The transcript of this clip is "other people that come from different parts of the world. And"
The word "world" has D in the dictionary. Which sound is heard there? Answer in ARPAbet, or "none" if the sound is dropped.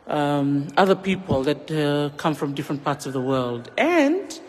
D